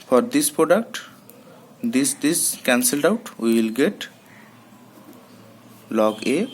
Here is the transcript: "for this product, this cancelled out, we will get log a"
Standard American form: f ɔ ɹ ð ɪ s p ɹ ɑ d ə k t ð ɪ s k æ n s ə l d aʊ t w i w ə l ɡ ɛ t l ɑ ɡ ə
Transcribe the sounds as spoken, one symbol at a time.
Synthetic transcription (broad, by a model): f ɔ ɹ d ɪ s p ɹ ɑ d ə k t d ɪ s k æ n s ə l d aʊ t w i w ə l ɡ ɛ t l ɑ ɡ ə